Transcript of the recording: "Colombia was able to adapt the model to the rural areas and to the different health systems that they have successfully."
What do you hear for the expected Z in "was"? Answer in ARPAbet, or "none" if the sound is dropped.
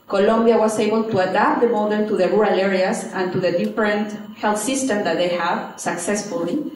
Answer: S